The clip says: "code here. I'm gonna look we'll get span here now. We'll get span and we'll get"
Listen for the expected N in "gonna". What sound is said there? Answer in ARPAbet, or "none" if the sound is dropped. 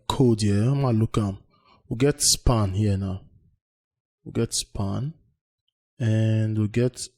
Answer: L